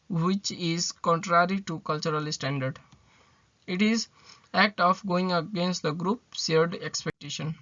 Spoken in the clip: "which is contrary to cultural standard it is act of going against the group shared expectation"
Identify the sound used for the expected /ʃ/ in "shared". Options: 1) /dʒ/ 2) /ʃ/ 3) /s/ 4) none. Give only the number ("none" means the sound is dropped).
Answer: 3